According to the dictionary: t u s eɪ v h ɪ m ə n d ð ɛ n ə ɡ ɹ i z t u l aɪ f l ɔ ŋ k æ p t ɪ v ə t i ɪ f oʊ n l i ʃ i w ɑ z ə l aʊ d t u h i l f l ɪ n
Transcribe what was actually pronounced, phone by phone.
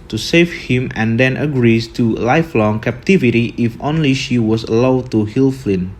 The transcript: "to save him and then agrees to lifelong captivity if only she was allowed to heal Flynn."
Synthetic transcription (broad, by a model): t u s eɪ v h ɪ m ə n d ɛ n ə ɡ ɹ i s t u l aɪ f l ɔ ŋ k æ p t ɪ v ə t i ɪ f oʊ n l i ʃ i w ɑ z ə l aʊ d t u h i l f l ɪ n